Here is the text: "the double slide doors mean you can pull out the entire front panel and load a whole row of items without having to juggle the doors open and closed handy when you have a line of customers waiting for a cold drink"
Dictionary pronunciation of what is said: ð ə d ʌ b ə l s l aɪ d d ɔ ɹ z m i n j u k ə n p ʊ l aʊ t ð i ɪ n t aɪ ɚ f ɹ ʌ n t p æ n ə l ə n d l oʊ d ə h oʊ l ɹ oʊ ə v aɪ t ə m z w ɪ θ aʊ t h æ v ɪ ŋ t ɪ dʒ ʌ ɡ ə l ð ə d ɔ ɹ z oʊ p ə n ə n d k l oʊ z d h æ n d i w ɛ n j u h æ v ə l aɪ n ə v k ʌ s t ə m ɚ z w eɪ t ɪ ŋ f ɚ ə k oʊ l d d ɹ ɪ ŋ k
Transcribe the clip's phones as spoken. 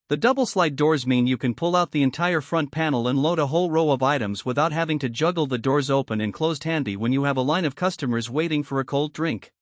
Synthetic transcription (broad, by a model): ð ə d ʌ b l s l aɪ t d ɔ ɹ z m i n j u k ə n p ʊ l aʊ t ð i ɪ n t aɪ ɚ f ɹ ʌ n p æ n l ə n l oʊ d ə h oʊ l ɹ oʊ ə v aɪ t ə m z w ɪ θ aʊ t h æ v ɪ ŋ t ɪ dʒ ʌ ɡ l ð ə d ɔ ɹ z oʊ p ə n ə n k l oʊ z d h æ n d i w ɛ n j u v ə l aɪ n ə v k ʌ s t ə m ɚ z w eɪ t ɪ ŋ f ɚ ə k oʊ l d d ɹ ɪ ŋ k